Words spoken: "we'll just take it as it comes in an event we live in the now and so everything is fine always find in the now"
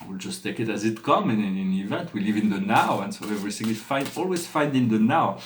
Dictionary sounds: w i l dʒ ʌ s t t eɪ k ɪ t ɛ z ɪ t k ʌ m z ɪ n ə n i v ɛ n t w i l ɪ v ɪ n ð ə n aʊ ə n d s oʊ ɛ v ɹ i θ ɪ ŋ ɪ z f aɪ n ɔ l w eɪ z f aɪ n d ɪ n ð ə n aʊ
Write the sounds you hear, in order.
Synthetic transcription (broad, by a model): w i l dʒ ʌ s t t eɪ k ɪ t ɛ z ɪ t k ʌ m ɪ n ə n i v ɛ n t w i l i v ɪ n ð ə n aʊ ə n s oʊ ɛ v ɹ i s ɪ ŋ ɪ f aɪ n ɔ l w eɪ z f aɪ n d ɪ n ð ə n aʊ